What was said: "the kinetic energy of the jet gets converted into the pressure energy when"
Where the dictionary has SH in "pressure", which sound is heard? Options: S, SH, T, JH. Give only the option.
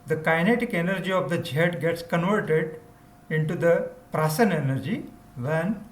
S